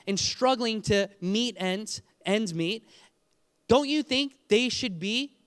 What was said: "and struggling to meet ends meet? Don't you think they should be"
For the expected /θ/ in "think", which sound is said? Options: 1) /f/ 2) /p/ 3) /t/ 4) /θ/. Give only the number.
4